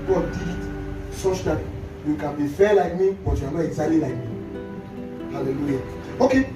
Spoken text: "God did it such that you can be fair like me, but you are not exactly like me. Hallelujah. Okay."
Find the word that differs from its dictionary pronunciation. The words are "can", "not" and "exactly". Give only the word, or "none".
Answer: exactly